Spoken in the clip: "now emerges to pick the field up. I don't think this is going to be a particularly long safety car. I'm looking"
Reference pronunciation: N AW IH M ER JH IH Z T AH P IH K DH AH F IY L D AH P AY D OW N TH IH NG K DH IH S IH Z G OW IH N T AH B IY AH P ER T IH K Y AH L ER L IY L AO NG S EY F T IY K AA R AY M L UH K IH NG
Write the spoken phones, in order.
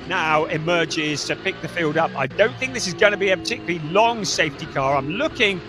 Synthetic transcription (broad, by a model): N AW IH M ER JH IH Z T AH P IH K DH AH F IY L D AH P AY D OW N TH IH NG K DH IH S IH Z G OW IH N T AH B IY AH P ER T IH K Y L L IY L AO NG S EY F T IY K AA R AY M L UH K IH NG